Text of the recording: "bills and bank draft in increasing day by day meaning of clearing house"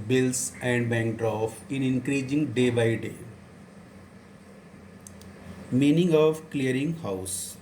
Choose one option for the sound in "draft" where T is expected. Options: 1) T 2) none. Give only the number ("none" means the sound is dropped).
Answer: 2